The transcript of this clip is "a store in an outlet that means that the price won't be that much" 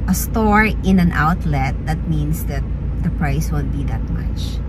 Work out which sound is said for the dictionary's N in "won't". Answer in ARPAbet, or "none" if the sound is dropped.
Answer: L